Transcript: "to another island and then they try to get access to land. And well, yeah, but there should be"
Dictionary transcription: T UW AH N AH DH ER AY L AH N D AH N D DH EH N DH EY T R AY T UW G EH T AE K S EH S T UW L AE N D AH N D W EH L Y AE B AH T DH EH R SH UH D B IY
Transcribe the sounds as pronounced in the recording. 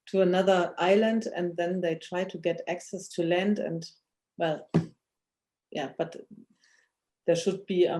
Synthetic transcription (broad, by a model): T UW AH N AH DH ER AY L AH N D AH N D DH EH N DH EY T R AY T UW G EH T AE K S EH S T UW L AE N D AH N D W EH L Y AE B AH T DH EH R SH UH D B IY